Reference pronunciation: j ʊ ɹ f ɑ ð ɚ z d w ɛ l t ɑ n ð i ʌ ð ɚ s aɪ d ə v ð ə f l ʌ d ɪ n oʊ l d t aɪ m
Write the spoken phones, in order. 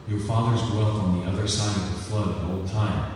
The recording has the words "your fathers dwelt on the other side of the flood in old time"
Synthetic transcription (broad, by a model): j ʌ ɹ f ɑ ð ɚ z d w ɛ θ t n ð i ʌ ð ɚ s aɪ d ə v ð ə f l ʌ d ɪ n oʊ l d t aɪ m